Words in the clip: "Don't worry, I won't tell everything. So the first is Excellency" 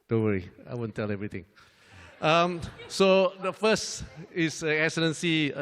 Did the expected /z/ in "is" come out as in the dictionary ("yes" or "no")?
no